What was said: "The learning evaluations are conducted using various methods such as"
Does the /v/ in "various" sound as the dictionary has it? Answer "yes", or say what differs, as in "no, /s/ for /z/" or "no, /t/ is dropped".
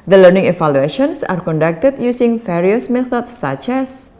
no, /f/ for /v/